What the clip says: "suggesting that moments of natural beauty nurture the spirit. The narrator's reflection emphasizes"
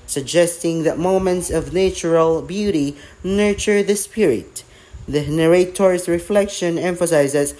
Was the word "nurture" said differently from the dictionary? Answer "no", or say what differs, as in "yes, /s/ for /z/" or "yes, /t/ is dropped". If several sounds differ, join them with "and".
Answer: no